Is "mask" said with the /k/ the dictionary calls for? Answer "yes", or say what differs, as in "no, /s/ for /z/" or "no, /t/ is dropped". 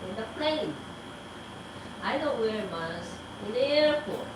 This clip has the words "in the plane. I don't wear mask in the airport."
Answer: no, /k/ is dropped